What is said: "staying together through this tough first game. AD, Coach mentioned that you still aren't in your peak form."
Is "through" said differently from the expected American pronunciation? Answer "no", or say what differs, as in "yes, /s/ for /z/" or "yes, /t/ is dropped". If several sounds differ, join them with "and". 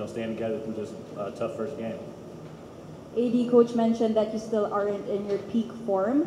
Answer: yes, /f/ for /θ/